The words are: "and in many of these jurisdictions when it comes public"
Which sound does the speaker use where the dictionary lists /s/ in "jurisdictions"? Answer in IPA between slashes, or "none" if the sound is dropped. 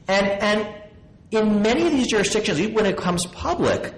/s/